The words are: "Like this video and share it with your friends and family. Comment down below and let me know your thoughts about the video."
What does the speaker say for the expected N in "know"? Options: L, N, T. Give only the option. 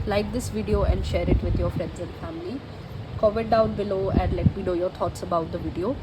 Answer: L